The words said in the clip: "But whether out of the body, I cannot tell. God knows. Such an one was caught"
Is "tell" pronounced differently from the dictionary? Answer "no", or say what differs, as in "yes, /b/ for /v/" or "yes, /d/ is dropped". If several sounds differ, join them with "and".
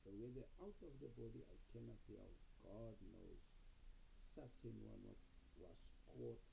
yes, /s/ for /t/